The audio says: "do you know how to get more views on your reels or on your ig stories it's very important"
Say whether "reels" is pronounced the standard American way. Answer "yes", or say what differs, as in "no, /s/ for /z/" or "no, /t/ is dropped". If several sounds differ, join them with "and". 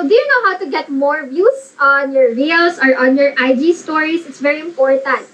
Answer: no, /s/ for /z/